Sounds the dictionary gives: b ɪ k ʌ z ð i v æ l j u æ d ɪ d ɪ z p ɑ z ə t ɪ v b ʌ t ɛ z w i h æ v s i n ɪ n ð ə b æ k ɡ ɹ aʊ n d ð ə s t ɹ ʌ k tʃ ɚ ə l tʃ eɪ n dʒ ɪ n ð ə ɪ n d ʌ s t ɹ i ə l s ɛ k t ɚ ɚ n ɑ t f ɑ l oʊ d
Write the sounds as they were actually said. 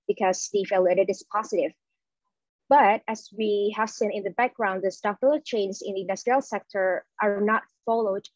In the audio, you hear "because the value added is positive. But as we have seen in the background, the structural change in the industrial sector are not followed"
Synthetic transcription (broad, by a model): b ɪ k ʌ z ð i f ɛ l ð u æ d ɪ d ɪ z p ɑ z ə t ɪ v b ʌ t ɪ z w i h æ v s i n ɪ n ð ə b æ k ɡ ɹ aʊ n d ð ə s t ɑ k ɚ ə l tʃ eɪ n z ɪ n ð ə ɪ n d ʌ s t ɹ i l s ɛ k t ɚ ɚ n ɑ t f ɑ l oʊ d